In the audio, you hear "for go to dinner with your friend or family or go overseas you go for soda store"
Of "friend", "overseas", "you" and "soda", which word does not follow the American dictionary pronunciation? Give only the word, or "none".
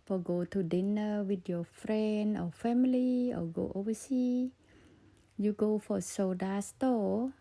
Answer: overseas